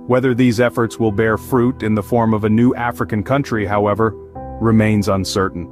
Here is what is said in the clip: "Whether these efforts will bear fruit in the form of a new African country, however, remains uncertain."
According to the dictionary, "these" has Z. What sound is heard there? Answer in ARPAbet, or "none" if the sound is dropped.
Z